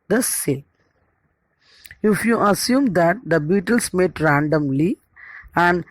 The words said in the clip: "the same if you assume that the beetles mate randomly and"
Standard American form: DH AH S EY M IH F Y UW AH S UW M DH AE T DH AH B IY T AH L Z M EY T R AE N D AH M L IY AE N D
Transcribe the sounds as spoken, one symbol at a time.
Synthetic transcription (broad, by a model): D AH S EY IH F Y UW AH S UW M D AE T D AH B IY T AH L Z M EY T R AE N D AH M L IY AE N D